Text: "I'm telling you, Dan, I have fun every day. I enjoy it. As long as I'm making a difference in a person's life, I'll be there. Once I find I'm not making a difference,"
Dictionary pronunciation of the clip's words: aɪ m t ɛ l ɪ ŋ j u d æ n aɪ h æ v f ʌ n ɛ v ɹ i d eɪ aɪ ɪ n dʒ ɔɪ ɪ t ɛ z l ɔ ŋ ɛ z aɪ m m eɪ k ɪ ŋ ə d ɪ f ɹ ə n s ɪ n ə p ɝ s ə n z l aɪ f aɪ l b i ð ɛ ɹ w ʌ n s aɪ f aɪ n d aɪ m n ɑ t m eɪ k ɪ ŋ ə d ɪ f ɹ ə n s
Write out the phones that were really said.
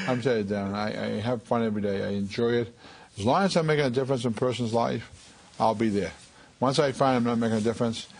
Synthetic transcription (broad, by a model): aɪ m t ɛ ɪ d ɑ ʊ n aɪ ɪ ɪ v f ʌ n ɛ v ɹ i d eɪ aɪ ɪ n dʒ ɔɪ ɪ t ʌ z l ɔ ŋ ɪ z aɪ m m eɪ k ɪ ŋ ə d ɪ f ɹ ə n s ɪ n p ɝ s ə n z l aɪ f aɪ l b i ð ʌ ɹ w ʌ n s aɪ f aɪ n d aɪ m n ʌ t m eɪ k ɪ ŋ ə d ɪ f ɹ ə n s